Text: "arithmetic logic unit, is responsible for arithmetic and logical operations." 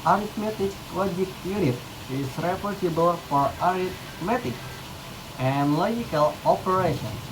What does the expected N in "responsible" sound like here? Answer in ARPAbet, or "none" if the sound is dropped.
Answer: none